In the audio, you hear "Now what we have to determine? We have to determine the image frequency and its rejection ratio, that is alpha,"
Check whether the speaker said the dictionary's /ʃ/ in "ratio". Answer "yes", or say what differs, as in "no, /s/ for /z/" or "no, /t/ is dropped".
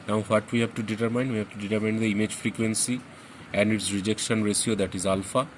no, /s/ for /ʃ/